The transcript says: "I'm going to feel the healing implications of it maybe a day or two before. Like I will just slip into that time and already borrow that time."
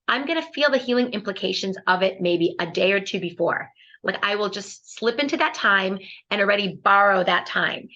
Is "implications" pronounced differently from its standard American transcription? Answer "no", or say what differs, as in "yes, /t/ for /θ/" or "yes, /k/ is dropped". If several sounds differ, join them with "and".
no